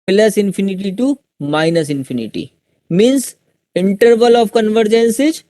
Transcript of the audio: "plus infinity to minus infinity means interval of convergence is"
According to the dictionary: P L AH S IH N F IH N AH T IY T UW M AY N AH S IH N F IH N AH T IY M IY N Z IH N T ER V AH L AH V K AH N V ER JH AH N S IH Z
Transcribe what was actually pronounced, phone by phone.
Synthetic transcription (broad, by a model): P L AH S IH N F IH N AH T IY T UW M AY N AH S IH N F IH N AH T IY M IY N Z IH N T ER V AH L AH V K AH N V ER JH AH N S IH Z